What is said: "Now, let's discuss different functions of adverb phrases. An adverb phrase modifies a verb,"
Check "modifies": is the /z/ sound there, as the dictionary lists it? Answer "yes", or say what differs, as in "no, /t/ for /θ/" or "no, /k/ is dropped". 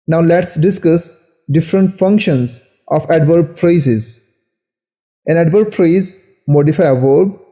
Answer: no, /z/ is dropped